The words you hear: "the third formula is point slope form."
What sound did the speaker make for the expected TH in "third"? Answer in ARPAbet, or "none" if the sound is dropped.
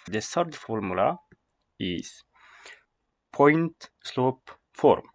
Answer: S